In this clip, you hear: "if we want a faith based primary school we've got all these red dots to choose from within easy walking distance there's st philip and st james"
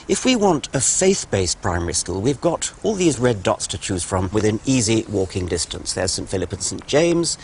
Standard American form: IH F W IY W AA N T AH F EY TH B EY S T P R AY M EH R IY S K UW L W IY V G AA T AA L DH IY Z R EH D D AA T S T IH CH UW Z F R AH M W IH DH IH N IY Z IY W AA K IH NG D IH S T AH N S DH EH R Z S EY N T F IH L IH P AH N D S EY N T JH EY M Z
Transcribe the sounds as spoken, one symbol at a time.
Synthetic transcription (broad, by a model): IH F W IY W AA N T AH F EY TH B EY S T P R AY M EH R IY S K UW L W IY V G AA T AA L DH IY Z R EH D D AA T S T IH CH UW Z F R AH M W IH DH IH N IY Z IY W AA K IH NG D IH S T AH N S DH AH R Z S EY N T F IH L IH P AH N S EY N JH EY M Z